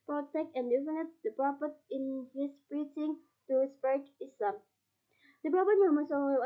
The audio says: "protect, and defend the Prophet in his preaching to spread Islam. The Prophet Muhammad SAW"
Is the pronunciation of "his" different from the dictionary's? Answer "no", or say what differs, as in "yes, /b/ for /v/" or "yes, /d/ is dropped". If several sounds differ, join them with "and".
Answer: yes, /s/ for /z/